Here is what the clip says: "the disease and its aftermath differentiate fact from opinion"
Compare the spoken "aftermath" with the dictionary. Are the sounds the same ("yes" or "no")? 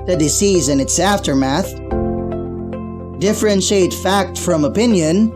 yes